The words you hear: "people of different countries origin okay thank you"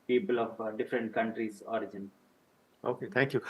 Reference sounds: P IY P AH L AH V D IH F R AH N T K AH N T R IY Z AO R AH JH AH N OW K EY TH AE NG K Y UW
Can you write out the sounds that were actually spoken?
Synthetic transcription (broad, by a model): P IY P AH L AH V D IH F R AH N T K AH N T R IY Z AO R AH JH AH N OW K EY T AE NG K Y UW